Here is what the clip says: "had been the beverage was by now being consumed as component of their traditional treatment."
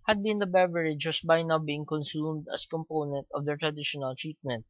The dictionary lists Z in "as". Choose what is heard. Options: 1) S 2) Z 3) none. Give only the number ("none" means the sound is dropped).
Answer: 1